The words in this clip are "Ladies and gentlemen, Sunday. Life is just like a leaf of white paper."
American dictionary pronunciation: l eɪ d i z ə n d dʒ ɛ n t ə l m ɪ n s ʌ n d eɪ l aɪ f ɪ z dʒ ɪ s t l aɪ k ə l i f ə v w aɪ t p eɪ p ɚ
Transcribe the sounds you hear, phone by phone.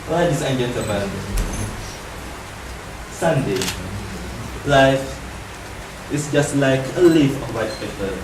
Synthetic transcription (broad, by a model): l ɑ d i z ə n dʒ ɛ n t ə m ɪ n s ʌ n d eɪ l aɪ f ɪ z dʒ ɪ s t l aɪ k ə l i f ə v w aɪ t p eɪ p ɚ